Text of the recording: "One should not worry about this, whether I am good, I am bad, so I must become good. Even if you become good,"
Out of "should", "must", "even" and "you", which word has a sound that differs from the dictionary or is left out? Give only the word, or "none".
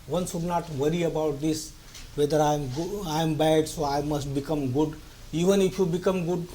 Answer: should